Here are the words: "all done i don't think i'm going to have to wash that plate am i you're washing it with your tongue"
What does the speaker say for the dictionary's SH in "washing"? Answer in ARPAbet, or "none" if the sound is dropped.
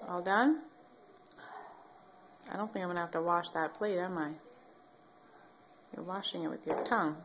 SH